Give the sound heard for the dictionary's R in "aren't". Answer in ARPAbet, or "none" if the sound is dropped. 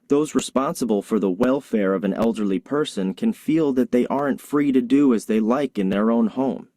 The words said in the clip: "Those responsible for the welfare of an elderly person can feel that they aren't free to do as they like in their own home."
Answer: R